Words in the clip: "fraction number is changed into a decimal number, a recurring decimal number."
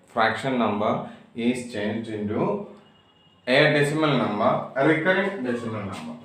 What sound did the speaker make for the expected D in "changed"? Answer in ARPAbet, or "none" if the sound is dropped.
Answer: none